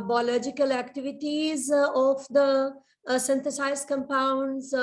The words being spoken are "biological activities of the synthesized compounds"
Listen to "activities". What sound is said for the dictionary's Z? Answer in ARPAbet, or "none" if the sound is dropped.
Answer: Z